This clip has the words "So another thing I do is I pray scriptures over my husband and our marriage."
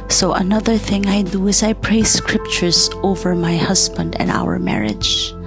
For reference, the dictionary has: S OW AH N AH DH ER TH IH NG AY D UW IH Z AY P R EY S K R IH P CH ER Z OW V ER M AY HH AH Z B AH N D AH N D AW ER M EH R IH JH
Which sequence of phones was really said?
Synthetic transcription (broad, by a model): S OW AH N AH DH ER TH IH NG AY D UW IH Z AY P R EY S K R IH P CH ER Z OW V ER M AY HH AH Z B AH N D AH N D AW ER M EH R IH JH